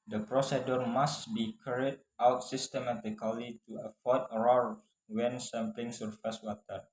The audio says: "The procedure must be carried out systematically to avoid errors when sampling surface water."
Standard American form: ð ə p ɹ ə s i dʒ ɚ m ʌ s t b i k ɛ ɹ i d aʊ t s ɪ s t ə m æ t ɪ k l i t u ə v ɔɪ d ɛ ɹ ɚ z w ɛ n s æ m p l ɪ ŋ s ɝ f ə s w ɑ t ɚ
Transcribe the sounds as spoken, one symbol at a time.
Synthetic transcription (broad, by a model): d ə p ɹ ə s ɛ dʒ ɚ m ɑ s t b i k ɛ ɹ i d aʊ t s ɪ s t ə m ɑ t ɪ k l i t u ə f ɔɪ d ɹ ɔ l w ɛ n s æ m p l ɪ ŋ s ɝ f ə s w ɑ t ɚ